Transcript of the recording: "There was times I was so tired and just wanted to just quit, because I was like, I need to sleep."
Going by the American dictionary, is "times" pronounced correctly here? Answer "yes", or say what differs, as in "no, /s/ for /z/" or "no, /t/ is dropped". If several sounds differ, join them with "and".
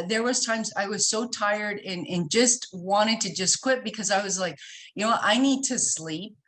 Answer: yes